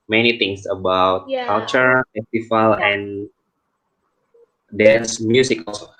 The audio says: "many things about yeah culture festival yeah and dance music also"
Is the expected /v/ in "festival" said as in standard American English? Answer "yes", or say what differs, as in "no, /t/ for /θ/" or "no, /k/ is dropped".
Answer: no, /f/ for /v/